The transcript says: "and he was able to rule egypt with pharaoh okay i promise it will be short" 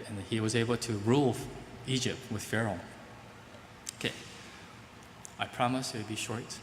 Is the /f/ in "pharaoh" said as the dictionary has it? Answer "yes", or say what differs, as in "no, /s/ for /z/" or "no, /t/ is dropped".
yes